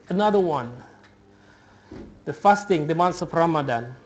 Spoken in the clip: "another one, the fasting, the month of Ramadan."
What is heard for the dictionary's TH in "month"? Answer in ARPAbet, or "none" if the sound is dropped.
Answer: S